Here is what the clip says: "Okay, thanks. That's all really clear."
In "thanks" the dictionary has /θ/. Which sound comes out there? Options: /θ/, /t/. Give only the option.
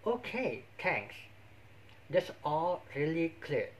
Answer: /t/